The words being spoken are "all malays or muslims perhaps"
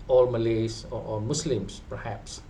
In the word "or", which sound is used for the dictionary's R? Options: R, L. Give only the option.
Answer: L